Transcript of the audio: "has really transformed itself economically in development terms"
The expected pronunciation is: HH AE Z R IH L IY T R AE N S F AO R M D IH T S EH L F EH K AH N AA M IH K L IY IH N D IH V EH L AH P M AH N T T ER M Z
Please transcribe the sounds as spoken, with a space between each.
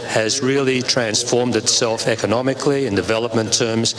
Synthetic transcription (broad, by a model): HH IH Z R IH L IY T R AE N S F AO R M D IH T S EH L F EH K AH N AA M IH K L IY IH N D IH V EH L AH P M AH N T T ER M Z